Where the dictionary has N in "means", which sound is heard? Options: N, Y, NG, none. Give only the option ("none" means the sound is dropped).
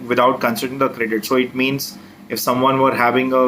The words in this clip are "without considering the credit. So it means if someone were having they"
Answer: N